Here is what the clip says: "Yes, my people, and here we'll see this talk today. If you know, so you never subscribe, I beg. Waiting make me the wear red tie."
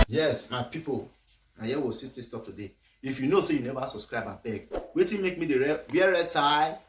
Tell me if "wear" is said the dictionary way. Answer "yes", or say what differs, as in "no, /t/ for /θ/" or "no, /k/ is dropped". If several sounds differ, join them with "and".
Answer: no, /w/ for /ɹ/